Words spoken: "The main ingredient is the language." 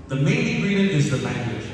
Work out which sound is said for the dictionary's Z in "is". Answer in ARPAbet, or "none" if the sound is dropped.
Z